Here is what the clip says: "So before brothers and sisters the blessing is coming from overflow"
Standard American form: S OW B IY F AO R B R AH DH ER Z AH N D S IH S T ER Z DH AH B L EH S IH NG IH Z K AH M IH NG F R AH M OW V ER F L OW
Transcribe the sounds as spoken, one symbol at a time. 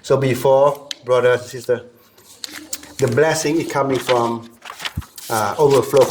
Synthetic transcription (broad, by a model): S OW B IY F AO B R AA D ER AH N S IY S T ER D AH B L EH S IH NG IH S K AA M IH NG F R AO M OW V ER F L OW